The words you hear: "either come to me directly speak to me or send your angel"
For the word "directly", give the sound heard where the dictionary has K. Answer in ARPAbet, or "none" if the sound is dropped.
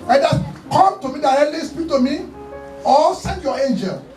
none